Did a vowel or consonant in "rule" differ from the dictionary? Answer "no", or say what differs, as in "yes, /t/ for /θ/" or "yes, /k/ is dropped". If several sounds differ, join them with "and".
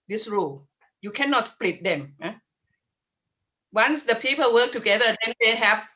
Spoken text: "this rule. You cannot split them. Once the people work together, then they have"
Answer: no